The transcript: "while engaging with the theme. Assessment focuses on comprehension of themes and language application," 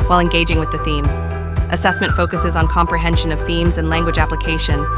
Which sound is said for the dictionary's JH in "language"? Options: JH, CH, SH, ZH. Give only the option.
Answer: JH